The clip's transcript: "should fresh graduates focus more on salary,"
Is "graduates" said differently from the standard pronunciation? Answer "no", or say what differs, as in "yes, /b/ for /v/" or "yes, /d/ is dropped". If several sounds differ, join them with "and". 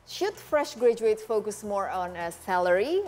yes, /s/ is dropped